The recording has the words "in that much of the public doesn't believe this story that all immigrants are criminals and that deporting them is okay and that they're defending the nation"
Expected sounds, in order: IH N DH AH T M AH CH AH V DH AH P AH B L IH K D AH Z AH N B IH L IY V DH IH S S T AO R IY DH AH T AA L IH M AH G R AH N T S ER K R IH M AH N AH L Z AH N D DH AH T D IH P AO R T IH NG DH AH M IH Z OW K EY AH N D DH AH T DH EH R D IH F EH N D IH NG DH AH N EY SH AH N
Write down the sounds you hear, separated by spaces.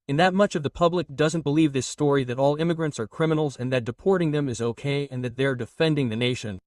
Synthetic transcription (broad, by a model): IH N DH AH T M AH CH AH V DH AH P AH B L IH K D AH Z AH N B IH L IY V DH IH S S T AO R IY DH AH T AA L IH M AH G R AH N T S ER K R IH M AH N L Z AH N DH AH T D IH P AO R T IH NG DH AH M IH Z OW K EY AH N DH AH T DH EH R D IH F EH N D IH NG DH AH N EY SH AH N